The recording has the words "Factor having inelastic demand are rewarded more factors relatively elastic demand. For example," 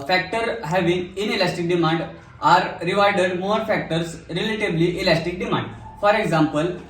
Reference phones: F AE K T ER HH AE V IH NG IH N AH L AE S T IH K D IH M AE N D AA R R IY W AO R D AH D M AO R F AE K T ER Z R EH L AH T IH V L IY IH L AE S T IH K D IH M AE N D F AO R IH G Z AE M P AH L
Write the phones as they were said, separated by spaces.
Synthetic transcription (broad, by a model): F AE K T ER HH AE V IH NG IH N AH L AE S T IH K D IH M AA N D AA R R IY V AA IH D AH D M AO R F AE K T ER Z R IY L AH T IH B L IY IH L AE S T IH K D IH M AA N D F AO R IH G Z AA M P AH L